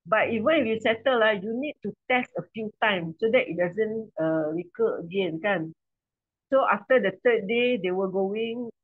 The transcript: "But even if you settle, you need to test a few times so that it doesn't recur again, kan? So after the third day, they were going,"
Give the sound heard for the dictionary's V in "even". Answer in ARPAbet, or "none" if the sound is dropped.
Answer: V